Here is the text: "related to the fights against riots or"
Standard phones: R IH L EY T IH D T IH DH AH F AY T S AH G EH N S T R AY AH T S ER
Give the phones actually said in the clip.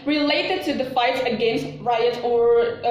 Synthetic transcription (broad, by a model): R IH L EY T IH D T IH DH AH F AY T S AH G EH N S T R AY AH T ER